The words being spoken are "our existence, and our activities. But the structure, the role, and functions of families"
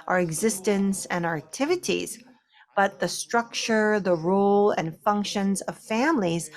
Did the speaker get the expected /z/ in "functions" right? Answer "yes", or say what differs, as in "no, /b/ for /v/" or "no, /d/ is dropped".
yes